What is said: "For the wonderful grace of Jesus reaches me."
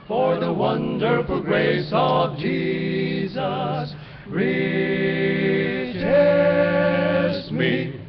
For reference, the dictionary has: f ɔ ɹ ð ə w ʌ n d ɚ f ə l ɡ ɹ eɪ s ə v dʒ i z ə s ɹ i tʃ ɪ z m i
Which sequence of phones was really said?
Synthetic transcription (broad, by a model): f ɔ ɹ ð ə w ʌ n d ɚ f ə l ɡ ɹ eɪ s ə v dʒ i z ə s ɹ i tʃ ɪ m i